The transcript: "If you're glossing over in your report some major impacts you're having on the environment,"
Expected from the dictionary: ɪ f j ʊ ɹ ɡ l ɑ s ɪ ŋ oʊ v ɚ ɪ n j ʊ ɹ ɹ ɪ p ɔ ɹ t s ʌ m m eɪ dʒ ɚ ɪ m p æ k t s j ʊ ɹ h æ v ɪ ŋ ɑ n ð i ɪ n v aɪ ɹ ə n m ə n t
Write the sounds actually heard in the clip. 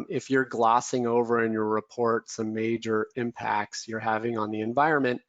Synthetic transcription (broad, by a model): ɪ f j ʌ ɹ ɡ l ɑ s ɪ ŋ oʊ v ɚ ɪ n j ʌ ɹ ɹ ɪ p ɔ ɹ t s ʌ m m eɪ dʒ ɚ ɪ m p æ k t s j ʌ ɹ h æ v ɪ ŋ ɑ n ð i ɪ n v aɪ ɹ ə n m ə n t